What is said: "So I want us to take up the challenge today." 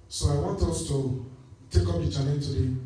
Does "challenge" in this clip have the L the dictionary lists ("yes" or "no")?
no